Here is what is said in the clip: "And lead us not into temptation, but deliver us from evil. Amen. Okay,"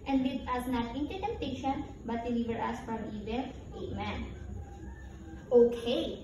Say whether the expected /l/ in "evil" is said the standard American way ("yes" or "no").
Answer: no